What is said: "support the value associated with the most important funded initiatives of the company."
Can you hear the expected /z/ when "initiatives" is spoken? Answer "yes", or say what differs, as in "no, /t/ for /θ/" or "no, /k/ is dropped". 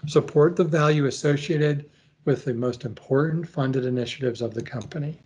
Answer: yes